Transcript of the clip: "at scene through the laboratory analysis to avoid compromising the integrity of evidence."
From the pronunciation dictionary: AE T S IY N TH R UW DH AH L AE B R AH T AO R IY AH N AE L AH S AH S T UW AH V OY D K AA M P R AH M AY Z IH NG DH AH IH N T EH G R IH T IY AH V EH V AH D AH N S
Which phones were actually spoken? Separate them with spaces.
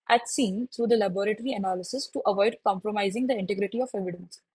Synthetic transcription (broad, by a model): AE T S IY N T R UW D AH L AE B R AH T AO R IY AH N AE L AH S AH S T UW AH V OY D K AA M P R AH M AY Z IH NG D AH IH N T EH G R IH T IY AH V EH V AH D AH N S